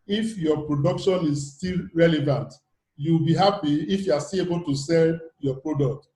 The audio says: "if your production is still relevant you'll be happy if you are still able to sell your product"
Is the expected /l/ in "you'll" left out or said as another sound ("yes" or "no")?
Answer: yes